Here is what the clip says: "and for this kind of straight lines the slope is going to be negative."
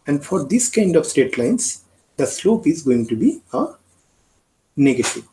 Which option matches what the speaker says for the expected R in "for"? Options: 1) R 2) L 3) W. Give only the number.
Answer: 1